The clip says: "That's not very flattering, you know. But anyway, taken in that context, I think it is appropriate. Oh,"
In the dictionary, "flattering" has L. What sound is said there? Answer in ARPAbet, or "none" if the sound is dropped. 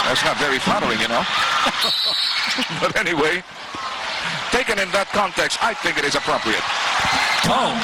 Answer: none